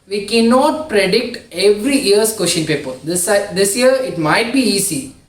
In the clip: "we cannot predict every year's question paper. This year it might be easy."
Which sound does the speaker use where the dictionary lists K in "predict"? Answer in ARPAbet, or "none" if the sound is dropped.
K